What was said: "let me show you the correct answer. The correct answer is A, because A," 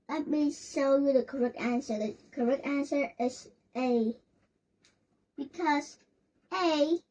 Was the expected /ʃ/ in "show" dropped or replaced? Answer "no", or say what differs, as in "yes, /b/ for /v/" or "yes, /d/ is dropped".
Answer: yes, /s/ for /ʃ/